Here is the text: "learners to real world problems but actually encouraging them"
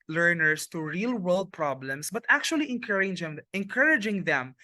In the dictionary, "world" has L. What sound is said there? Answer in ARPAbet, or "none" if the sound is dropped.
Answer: L